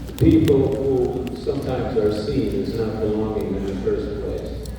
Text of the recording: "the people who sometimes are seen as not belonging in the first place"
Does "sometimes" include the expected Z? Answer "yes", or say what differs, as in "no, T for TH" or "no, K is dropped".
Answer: yes